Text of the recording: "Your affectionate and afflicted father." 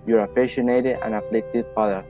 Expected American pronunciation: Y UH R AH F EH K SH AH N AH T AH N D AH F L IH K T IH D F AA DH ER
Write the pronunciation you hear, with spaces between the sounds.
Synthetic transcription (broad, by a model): Y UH R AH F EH SH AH N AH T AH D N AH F L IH K T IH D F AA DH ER